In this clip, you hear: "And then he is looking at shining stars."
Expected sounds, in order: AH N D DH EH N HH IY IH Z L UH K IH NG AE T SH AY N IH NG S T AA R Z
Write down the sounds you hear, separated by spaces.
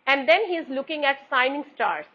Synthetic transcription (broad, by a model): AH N D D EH N HH IY IH Z L UH K IH NG AE T S AY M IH NG S T AA R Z